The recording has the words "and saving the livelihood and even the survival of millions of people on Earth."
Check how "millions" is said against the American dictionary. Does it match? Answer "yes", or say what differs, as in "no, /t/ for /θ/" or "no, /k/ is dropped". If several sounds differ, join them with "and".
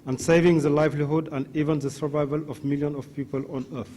no, /z/ is dropped